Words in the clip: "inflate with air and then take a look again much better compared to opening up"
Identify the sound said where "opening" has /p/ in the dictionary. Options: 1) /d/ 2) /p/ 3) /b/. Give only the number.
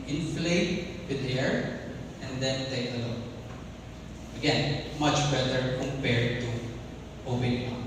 3